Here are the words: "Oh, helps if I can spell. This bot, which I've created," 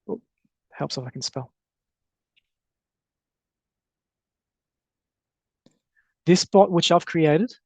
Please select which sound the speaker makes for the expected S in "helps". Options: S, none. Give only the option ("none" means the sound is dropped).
S